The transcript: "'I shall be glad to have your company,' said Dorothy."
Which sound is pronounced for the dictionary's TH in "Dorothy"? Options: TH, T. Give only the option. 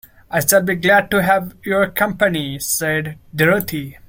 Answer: T